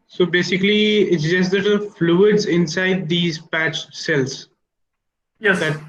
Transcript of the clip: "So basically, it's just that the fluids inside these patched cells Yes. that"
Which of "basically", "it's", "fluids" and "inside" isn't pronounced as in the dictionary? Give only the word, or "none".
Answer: none